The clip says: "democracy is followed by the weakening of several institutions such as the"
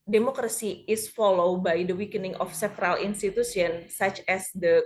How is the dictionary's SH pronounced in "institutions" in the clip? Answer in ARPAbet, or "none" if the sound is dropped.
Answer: S